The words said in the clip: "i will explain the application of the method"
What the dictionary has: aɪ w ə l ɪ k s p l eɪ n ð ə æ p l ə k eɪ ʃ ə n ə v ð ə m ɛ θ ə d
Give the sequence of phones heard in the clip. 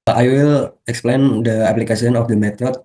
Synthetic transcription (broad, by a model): aɪ w ə l ɪ k s p l eɪ n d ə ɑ p l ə k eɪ s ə n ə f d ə m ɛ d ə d